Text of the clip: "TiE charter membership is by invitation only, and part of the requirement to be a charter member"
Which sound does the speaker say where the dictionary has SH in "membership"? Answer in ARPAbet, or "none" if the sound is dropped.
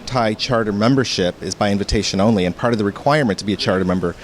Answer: SH